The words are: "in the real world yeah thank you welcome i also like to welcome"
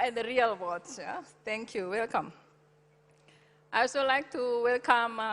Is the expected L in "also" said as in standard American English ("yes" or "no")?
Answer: no